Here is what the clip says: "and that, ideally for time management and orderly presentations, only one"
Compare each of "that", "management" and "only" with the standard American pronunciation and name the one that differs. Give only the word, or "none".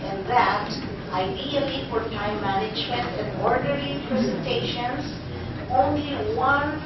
none